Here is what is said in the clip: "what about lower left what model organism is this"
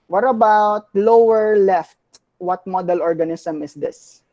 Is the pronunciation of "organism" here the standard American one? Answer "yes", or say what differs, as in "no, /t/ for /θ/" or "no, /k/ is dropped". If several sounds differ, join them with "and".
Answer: no, /s/ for /z/